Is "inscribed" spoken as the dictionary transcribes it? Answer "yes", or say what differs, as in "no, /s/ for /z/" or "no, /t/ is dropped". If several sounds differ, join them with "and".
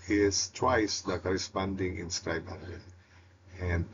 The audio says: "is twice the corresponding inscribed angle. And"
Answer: no, /d/ is dropped